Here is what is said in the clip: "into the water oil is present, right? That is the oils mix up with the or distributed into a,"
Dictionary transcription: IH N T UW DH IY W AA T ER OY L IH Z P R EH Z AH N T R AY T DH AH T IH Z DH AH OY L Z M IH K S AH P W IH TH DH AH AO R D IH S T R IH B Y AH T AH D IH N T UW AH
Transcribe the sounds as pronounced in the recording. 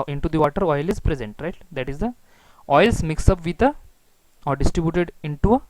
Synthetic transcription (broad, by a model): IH N T UW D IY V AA T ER OY L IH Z P R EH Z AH N T R AY T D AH T IH Z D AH OY L S M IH K S AH P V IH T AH AO R D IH S T R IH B Y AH T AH D IH N T UW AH